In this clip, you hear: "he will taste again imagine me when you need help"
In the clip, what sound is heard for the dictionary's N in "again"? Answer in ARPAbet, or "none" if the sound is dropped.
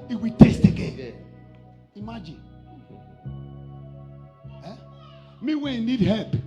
none